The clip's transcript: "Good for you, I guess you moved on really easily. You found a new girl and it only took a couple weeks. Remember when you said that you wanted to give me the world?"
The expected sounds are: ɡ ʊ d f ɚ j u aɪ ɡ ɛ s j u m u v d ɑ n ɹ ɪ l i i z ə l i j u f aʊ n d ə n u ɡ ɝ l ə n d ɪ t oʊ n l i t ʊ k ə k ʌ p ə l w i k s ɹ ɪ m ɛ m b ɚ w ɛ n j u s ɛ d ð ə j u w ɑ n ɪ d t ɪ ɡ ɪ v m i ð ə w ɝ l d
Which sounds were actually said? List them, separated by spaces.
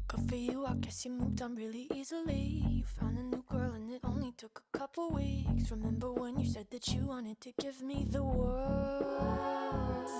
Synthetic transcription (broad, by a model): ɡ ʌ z f ɚ j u aɪ ɡ ɛ s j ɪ m u v d ɑ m ɹ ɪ l i i z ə l i j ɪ f aʊ n d ə n u ɡ ɝ l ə n ɪ t oʊ n l i t ʊ k ə k ʌ p l w i k s ɹ ɪ m ɛ m b ɚ w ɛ n j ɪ s ɛ d ð ə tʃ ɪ w ɑ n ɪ d t ɪ ɡ ɪ v m i ð ə w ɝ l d